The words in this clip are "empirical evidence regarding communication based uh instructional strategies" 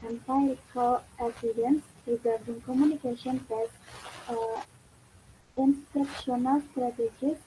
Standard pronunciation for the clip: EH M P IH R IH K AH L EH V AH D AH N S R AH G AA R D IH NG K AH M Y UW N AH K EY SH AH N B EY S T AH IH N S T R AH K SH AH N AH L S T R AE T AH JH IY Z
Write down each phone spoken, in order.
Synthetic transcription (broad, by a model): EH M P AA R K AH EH P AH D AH N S R AH G AA R D IH NG K AH M Y UW N AH K EY SH AH N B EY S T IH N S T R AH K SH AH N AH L S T R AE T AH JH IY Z